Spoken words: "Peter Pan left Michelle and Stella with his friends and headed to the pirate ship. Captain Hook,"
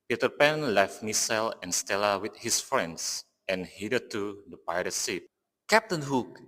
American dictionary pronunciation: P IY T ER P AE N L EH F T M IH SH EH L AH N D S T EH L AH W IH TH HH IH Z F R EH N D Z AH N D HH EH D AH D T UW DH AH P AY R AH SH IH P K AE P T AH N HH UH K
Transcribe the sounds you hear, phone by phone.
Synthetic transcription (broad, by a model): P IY T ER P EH N L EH F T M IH S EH L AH N S T EH L AH W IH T HH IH S F R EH N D S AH N HH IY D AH T UW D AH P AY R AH S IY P K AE P T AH N HH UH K